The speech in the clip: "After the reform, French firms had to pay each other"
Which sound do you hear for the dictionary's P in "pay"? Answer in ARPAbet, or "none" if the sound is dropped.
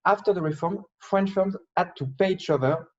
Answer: P